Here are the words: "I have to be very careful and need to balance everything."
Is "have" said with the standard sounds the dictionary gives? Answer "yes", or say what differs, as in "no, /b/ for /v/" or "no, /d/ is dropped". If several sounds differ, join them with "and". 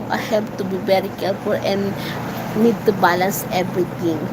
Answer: no, /p/ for /v/